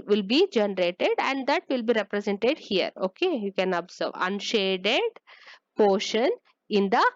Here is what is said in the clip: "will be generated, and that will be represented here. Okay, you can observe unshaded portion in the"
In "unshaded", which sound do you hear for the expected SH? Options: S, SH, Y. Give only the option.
SH